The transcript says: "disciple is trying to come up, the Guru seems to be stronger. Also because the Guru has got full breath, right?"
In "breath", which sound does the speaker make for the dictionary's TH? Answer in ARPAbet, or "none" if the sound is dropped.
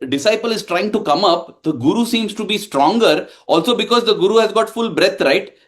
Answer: T